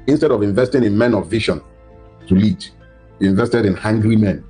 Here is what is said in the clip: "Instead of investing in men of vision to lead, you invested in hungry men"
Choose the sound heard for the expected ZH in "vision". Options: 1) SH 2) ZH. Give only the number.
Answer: 1